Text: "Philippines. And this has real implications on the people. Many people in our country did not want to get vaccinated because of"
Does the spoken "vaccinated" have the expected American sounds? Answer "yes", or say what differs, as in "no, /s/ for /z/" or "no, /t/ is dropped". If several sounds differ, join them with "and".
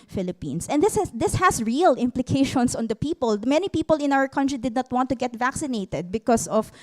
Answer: yes